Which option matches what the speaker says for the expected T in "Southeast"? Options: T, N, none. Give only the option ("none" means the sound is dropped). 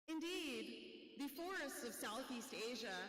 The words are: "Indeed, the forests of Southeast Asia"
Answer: T